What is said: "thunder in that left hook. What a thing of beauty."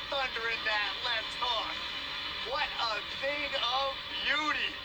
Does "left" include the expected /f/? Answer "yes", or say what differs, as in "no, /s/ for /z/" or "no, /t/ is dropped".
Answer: no, /f/ is dropped